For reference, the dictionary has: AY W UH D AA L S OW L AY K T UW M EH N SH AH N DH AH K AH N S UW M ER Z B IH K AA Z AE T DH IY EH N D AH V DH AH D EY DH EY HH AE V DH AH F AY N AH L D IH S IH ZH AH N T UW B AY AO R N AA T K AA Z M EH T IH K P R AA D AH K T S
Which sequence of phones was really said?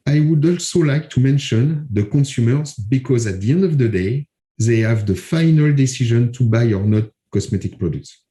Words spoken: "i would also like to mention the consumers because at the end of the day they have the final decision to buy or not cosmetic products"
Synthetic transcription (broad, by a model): AY W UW D AA L S OW L AY K T UW M EH N SH AH N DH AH K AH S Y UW M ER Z B IH K AA Z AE T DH IY EH N D AH V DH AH D EY DH EY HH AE V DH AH F AY N AH L D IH S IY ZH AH N T UW B AY AO R N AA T K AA S M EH T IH K P R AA D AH K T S